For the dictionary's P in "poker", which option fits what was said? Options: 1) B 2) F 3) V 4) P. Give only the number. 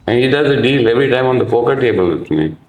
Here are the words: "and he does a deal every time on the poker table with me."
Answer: 2